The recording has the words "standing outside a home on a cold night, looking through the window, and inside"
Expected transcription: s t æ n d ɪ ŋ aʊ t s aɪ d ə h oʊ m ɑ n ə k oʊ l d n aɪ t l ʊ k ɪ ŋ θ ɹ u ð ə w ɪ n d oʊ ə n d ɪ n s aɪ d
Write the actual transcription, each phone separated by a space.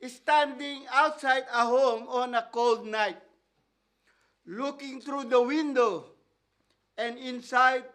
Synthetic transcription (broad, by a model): s t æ n d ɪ ŋ aʊ t s aɪ d ə h oʊ m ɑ n ə k oʊ l d n aɪ t l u k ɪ ŋ t ɹ u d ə w ɪ n d oʊ ə n d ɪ n s aɪ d